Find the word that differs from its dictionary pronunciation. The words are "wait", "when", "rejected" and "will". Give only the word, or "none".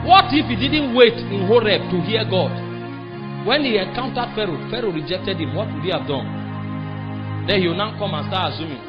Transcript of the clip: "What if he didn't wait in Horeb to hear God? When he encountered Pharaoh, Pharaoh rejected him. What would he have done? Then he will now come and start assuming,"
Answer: will